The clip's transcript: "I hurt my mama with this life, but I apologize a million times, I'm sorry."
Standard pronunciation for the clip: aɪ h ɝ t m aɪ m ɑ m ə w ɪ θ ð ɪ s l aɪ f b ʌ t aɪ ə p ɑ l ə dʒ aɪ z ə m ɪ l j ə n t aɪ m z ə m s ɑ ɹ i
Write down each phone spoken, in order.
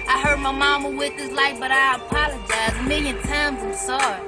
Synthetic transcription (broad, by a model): aɪ h ɝ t m aɪ m ɑ m ə w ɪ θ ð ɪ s l aɪ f b ʌ t aɪ ə p ɑ l ə dʒ aɪ z m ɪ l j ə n t aɪ m z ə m s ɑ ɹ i